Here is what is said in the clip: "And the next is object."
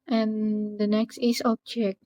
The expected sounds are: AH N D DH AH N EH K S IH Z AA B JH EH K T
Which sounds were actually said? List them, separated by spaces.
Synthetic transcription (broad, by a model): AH N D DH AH N EH K S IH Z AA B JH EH K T